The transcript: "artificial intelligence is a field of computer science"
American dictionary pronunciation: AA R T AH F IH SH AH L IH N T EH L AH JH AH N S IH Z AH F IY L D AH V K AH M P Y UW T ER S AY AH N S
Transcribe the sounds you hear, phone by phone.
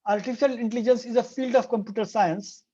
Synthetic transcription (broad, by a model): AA R T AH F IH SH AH L IH N T EH L AH JH AH N S IH Z AH F IY L D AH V K AH M P Y UW T ER S AY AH N S